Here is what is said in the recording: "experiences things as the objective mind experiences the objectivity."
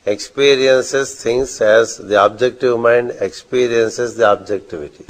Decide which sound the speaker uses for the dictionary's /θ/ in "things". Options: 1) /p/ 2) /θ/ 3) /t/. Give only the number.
3